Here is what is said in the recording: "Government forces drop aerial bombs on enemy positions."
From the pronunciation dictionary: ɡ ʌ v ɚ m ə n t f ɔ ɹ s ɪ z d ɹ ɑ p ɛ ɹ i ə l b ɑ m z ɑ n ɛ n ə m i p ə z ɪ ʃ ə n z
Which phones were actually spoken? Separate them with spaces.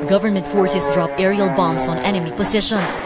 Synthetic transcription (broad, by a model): ɡ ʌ v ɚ m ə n t f ɔ ɹ s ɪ s d ɹ ɑ p ɛ ɹ i ə l b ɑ m s ɑ n ɛ n ə m i p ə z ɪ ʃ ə n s